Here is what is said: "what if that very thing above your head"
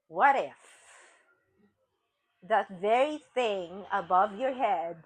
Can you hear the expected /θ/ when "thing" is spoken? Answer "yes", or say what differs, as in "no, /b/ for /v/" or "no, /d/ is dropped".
yes